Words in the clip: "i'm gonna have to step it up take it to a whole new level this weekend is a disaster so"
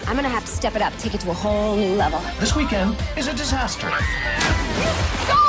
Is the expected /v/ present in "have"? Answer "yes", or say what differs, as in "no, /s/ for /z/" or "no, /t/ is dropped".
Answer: no, /f/ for /v/